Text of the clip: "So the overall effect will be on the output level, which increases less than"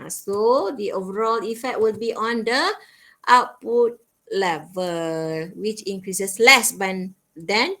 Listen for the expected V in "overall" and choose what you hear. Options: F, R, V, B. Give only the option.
V